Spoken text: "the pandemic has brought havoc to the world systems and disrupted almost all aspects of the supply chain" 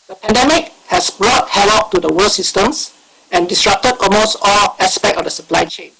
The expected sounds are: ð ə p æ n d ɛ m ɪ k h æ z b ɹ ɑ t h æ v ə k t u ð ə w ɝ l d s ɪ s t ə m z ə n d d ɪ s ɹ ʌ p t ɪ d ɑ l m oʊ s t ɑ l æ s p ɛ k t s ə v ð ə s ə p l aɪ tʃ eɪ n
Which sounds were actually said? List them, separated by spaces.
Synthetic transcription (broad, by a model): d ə p æ n d ɛ m ɪ k h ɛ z b ɹ ɑ t h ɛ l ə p t u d ə w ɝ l s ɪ s t ə m s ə n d d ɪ s ɹ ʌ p t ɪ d ɑ l m oʊ s t ɑ l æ s p ɛ k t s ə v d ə s ə p l aɪ tʃ eɪ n